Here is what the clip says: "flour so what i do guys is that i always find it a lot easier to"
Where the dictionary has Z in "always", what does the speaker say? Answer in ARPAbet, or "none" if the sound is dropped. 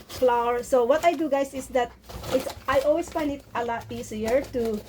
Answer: S